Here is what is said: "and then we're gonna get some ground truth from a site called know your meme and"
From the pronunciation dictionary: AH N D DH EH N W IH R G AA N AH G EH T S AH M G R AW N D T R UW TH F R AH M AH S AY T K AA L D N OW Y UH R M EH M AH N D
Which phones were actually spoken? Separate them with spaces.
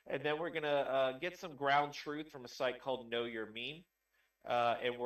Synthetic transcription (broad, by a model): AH N DH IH N W IH R G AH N AH G EH T S AH M G R AW N T R UW TH F R AH M AH S AY T K AA L D N OW Y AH R M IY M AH N